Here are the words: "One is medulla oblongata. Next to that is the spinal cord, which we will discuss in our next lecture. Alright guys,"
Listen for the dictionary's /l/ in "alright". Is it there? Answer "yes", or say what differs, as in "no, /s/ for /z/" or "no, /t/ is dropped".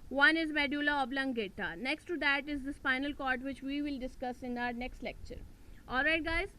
yes